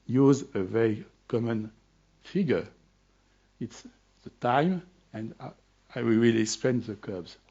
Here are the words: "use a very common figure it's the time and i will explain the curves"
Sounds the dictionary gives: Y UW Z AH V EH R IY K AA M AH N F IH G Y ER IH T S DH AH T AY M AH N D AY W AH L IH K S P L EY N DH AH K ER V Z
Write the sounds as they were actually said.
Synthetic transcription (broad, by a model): Y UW Z AH V EH R IY K AA M AH N F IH G Y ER IH T S DH AH T AY M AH N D AY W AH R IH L S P EY N DH AH K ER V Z